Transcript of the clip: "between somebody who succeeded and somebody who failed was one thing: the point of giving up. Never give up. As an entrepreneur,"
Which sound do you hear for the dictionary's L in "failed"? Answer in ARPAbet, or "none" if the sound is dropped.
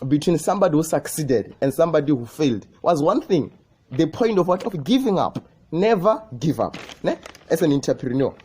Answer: L